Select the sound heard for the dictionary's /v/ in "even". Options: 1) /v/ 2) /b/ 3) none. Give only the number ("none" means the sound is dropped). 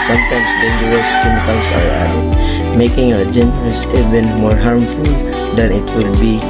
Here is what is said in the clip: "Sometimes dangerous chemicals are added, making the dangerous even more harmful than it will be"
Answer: 2